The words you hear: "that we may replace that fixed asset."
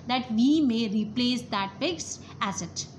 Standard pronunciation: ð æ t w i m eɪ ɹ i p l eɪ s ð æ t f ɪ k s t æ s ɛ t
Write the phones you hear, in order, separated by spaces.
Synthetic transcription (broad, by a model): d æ t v i m eɪ ɹ i p l eɪ s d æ t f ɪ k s æ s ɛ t